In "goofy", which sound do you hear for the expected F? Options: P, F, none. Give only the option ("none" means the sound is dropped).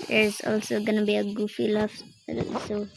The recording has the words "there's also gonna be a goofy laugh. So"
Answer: F